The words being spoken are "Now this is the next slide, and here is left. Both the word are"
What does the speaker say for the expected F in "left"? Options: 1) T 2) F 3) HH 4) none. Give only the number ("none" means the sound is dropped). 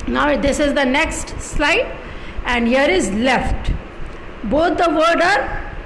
2